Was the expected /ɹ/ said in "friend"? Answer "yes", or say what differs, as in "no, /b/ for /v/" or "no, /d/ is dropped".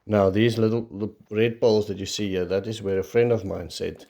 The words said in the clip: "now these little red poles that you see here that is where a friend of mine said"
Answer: yes